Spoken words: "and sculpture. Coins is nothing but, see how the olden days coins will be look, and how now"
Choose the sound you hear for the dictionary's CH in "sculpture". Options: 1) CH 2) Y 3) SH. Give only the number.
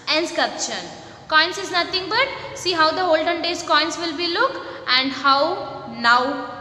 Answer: 3